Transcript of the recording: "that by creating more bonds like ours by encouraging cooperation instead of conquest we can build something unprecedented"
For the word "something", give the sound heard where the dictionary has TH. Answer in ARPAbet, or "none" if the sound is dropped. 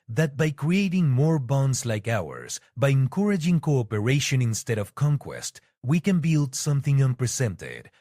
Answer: TH